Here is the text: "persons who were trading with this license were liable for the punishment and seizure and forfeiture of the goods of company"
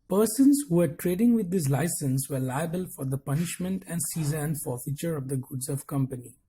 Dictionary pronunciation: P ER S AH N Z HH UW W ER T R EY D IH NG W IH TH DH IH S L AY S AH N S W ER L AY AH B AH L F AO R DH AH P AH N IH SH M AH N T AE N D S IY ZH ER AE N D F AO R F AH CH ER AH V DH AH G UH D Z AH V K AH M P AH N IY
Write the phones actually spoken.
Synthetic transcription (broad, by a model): P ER S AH N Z HH UW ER T R EY D IH NG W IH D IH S L AY S AH N S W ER L AY AH B AH L F AO R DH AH P AH N IH SH M AH N T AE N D S IY Z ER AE N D F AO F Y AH CH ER AH V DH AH G UH D Z AH V K AH M P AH N IY